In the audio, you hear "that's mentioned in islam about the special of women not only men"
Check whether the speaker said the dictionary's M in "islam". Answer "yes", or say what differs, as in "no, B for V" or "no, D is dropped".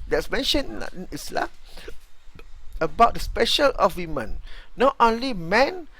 no, M is dropped